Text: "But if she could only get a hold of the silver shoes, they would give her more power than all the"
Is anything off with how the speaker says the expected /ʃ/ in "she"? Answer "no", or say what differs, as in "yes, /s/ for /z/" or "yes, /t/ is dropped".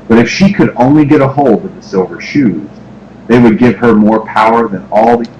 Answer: no